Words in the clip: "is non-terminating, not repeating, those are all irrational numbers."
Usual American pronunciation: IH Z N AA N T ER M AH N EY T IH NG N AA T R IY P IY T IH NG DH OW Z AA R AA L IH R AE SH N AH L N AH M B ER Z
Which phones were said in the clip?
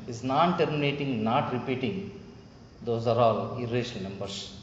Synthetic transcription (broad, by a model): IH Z N AA N T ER M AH N EY T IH NG N AA T R IY P IY T IH NG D OW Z AA R AA L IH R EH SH AH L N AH M B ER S